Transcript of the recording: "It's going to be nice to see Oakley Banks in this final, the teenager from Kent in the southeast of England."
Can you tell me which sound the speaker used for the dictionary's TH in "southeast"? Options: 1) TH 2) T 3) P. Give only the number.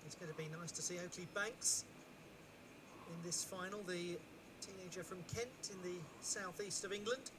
1